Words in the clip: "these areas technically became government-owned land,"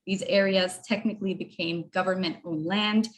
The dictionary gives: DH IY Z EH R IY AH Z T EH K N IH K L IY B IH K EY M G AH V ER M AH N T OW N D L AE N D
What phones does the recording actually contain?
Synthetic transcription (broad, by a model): DH IY Z EH R IY AH Z T EH K N IH K L IY B IH K EY M G AH V ER M AH N T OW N L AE N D